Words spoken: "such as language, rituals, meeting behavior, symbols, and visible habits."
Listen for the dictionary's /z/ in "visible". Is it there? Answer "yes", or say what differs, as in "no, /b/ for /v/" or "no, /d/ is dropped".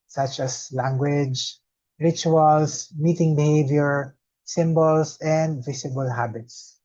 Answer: no, /s/ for /z/